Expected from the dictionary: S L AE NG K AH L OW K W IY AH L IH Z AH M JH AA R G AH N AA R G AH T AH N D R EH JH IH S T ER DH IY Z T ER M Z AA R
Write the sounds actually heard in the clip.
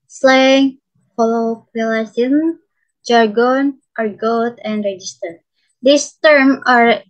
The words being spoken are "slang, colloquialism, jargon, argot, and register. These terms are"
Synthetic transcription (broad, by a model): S L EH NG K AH L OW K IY L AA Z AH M JH AA R G AH N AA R G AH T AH N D R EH JH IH S T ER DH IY S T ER M AA R